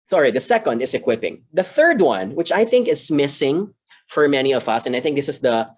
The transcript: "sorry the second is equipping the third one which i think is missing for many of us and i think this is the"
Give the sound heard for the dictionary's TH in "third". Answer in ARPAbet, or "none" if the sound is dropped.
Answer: TH